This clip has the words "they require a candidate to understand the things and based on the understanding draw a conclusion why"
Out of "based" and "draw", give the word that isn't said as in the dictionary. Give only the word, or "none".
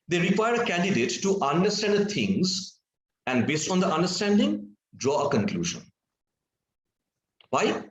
none